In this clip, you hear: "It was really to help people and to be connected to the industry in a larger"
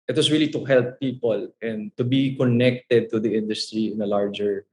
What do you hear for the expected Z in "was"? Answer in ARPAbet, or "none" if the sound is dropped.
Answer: S